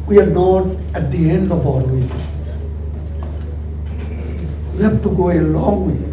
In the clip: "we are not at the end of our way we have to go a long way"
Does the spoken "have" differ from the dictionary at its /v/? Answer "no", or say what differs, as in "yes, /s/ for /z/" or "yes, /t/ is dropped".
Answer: yes, /f/ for /v/